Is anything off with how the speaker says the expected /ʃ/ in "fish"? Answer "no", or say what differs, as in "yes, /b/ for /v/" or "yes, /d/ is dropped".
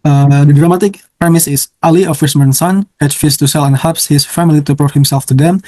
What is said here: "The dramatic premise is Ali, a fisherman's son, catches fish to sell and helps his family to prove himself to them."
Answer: yes, /s/ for /ʃ/